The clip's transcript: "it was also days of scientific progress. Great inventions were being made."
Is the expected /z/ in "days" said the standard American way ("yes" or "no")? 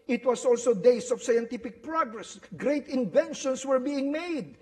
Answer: no